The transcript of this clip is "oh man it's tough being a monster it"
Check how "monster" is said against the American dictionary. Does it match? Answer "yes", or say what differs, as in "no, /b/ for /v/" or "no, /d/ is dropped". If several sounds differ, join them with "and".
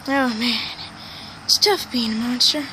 yes